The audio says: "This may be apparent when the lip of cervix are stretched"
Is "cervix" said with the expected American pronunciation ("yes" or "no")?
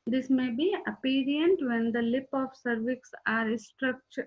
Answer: yes